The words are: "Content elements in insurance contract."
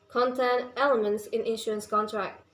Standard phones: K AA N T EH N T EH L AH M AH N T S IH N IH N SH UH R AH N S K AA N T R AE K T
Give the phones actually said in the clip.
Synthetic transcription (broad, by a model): K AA N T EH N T EH L AH M AH N T S IH N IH N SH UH R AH N S K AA N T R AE K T